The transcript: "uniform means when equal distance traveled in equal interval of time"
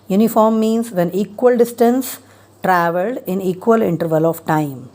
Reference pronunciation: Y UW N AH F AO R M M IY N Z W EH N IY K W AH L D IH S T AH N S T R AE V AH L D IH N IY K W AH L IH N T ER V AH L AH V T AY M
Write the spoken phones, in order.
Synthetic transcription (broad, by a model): Y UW N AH F AO R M M IY N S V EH N IY K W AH L D IH S T AH N S T R AE V AH L D IH N IY K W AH L IH N T ER V AH L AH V T AY M